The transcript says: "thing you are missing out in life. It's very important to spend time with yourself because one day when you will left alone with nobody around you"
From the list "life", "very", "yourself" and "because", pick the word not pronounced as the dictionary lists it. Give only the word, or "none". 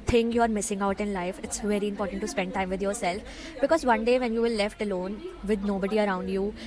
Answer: none